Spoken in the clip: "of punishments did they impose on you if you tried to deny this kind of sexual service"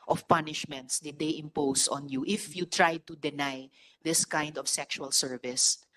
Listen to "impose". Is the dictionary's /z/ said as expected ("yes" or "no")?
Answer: no